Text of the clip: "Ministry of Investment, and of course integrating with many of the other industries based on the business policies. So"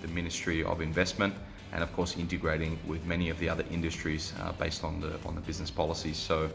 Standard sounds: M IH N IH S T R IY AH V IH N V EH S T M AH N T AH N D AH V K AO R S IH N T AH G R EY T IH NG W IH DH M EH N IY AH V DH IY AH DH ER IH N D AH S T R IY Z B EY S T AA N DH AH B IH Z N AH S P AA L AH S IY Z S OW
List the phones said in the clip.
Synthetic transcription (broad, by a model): M IH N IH S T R IY AH V IH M V EH S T M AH N T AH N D AH V K AO R S IH N T AH G R EY T IH NG W IH DH M EH N IY AH V DH IY AH DH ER IH N D AH S T R IY Z B EY S T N N DH AH B IH Z N AH S P AA L AH S IY Z S OW